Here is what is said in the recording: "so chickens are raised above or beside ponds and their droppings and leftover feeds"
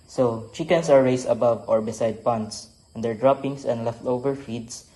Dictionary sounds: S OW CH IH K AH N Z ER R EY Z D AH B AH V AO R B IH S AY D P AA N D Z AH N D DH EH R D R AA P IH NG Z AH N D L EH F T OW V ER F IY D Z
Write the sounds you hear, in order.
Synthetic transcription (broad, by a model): S OW CH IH K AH N S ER R EY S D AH B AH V AO R B IH S AY D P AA N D S AH N D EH R D R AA P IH NG S AH N D L EH F T OW V ER F IY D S